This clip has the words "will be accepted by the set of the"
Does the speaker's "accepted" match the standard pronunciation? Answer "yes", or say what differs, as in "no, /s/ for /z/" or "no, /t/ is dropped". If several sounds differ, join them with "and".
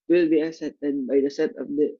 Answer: no, /k/ is dropped and /p/ is dropped